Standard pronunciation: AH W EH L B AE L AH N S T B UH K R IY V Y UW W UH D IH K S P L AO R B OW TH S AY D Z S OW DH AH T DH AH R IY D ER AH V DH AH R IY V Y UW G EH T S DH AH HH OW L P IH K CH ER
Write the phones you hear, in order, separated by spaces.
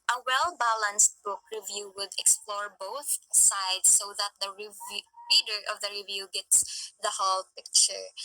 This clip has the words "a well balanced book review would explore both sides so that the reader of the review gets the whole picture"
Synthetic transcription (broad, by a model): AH W EH L B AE L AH N S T B UH K R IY V Y UW W UH D IH K S P L AO R B OW TH S AY D S OW DH AH T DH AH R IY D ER AH V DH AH R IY V Y UW G EH T S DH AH HH OW L P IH K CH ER